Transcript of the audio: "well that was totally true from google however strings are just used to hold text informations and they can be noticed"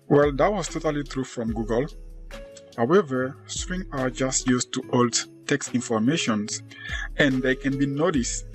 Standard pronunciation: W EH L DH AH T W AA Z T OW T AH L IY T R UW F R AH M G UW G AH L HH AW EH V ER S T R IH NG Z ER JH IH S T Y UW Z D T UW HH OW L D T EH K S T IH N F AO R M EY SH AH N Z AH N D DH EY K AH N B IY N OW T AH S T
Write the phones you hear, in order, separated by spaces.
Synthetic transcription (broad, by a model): W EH L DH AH T W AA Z T OW T AH L IY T R UW F R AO M G UW G AH L HH AW EH V ER S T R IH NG ER JH IH S T Y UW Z T UW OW L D T EH K S T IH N F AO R M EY SH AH N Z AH N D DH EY K AH N B IY N OW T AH S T